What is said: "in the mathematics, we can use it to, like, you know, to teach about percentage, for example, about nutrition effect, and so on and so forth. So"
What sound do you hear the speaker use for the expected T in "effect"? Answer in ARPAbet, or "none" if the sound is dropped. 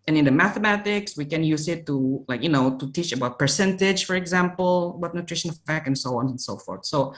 none